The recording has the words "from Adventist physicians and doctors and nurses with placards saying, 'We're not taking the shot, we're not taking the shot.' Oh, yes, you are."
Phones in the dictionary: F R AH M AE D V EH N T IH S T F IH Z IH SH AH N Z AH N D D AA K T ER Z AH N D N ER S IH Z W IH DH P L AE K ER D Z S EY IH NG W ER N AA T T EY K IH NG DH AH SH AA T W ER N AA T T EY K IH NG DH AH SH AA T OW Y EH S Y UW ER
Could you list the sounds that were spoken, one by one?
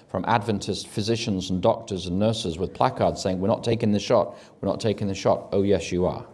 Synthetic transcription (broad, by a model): F R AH M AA D V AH N T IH S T F IH Z IH SH AH N Z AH N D D AA K T ER Z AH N N ER S IH Z W IH DH P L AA K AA D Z S EY IH NG W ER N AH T T EY K IH NG DH AH SH AA T W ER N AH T T EY K IH NG DH AH SH AA T OW Y EH S Y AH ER